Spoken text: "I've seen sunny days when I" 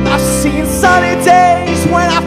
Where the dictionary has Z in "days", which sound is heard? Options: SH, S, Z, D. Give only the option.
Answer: Z